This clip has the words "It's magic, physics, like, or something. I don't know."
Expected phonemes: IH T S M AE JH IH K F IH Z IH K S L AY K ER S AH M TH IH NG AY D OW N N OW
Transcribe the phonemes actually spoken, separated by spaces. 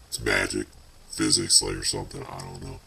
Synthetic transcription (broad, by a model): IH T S M AE JH IH K F IH Z IH K S L AY K ER S AH M TH IH NG AY D OW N N OW